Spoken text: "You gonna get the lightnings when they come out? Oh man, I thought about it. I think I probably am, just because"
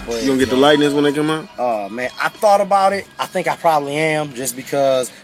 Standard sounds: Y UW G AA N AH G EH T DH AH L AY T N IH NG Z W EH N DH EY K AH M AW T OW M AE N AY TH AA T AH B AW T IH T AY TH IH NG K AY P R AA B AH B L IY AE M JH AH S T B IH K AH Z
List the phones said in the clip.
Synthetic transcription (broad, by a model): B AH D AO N G EH T DH AH L AY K N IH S W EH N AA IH K AH M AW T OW M AE N AY TH AA T AH B AW T IH T AY TH IH NG K AY P R AA B AH B L IY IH M JH AH S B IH K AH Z